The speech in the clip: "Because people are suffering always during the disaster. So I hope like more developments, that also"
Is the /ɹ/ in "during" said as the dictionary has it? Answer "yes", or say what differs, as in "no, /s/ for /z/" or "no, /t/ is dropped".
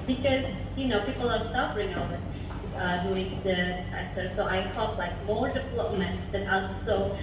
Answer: no, /ɹ/ is dropped